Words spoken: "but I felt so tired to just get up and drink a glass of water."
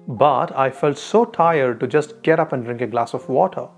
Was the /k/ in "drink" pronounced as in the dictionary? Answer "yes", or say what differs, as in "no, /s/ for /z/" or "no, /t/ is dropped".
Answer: yes